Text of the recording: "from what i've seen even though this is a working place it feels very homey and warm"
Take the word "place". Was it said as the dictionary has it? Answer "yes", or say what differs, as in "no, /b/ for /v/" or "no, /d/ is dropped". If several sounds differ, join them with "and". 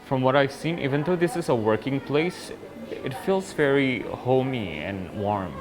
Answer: yes